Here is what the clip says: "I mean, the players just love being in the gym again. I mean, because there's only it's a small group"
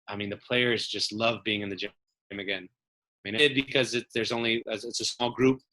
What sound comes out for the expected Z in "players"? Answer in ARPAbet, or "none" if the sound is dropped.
Z